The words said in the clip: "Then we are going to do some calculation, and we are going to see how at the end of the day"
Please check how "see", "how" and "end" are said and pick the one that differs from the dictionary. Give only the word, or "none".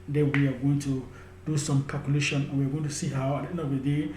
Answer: end